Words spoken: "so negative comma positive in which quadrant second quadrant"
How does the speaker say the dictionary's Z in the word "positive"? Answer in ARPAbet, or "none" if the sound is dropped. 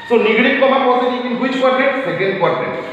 S